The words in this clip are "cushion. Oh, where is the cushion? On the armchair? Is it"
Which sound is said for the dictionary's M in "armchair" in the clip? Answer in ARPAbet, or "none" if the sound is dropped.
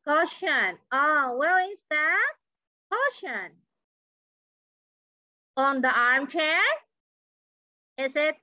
M